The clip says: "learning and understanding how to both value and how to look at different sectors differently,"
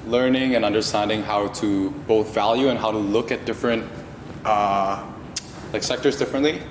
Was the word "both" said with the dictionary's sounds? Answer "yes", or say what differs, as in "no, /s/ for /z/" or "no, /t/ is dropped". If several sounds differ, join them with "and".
yes